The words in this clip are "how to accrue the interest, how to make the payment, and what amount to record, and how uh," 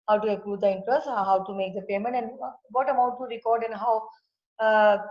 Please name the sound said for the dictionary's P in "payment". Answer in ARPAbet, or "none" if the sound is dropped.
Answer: P